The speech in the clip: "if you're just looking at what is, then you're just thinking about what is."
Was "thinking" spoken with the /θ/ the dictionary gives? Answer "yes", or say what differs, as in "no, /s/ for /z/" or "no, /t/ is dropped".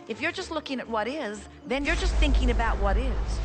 yes